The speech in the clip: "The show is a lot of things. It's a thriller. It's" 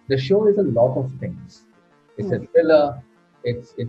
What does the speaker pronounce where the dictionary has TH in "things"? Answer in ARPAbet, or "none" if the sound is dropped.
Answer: T